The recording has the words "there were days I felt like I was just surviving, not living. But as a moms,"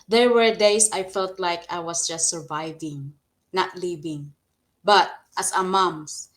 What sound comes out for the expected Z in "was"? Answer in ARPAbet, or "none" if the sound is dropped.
S